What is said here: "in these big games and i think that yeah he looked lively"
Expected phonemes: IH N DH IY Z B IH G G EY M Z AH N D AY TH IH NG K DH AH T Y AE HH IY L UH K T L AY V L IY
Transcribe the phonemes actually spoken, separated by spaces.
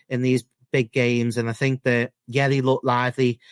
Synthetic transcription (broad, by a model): IH N DH IY Z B IH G G EY M Z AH N AY TH IH NG K DH AH T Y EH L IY L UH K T L AY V L IY